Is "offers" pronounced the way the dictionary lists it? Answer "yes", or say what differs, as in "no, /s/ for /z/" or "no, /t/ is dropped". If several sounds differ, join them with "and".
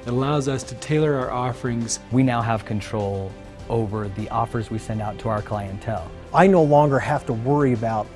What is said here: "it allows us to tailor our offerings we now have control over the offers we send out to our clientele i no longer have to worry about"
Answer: yes